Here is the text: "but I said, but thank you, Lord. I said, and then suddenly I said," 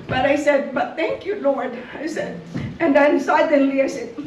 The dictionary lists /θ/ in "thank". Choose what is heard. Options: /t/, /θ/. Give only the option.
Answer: /θ/